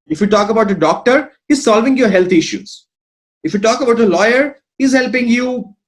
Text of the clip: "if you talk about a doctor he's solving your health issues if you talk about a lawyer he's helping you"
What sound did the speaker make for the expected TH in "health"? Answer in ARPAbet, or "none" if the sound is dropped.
T